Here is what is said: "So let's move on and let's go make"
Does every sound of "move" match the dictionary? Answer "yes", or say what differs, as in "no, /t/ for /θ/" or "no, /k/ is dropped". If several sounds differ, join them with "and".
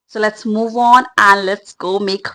yes